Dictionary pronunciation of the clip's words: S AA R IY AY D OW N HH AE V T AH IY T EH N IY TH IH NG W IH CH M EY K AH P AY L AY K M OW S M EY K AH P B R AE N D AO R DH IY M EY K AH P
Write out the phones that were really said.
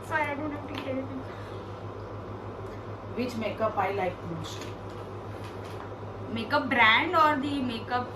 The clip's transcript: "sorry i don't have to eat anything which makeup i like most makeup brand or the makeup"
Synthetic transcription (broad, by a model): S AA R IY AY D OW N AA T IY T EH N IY S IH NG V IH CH M EY K AH P AY L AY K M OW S M EY K AH P B R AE N D AO R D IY M EY K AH P